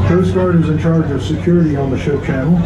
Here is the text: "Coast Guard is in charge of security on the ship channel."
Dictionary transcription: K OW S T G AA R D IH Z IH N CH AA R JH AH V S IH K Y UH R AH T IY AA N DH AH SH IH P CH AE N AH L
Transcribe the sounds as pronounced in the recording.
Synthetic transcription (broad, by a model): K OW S G AA R D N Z IH N CH AA R JH AH V S IH K Y UH R AH T IY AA N DH AH SH IH P CH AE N L